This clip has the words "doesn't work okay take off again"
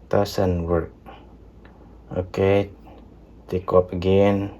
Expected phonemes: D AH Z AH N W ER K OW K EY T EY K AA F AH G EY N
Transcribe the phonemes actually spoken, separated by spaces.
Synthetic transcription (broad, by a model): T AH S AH N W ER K OW K EY T EY K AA P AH G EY N